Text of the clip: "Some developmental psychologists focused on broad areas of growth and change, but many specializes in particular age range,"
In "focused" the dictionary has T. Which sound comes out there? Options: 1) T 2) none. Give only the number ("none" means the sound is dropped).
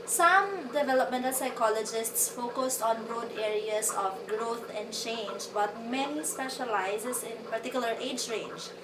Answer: 1